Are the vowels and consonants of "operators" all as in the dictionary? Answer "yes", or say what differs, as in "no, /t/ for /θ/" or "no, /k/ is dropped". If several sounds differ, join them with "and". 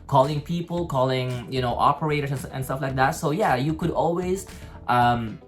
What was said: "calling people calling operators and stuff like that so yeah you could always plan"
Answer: no, /s/ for /z/